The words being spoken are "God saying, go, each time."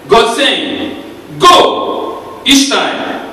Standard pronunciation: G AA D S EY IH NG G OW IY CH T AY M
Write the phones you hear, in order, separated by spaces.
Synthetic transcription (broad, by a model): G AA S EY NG G OW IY SH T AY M